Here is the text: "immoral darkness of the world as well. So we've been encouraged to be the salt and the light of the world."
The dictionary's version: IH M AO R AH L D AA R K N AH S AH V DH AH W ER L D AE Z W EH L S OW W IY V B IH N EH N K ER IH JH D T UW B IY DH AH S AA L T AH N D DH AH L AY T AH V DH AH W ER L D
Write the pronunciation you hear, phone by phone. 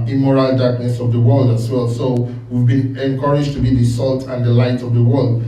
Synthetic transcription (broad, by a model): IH M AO R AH L D AA R K N AH S AH V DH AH W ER L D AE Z W EH L S OW W IY V B IH N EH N K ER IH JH T UW B IY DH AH S AA L T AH N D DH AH L AY T AH V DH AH W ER L D